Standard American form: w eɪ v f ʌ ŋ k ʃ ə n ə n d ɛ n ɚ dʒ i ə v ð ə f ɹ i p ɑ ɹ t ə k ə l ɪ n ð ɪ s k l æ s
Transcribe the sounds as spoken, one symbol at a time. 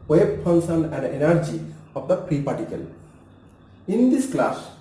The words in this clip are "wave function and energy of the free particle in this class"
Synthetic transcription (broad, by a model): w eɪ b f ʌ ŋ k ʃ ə n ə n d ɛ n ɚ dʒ i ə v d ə p ɹ i p ɑ ɹ t ə k ə l ɪ n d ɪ s k l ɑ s